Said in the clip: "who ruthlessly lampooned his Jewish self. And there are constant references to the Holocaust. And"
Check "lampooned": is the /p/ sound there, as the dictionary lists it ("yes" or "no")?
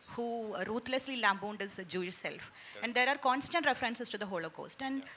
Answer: no